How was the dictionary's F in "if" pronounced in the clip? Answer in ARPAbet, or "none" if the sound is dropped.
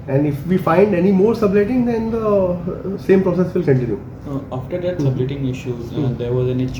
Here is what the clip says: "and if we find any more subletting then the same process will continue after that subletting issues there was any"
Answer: F